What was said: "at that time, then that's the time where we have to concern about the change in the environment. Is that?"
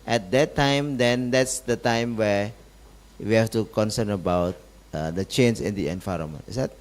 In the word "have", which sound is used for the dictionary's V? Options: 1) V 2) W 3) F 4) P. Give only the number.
3